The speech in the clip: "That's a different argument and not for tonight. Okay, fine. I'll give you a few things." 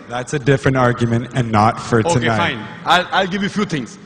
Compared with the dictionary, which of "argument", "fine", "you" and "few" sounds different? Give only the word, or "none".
fine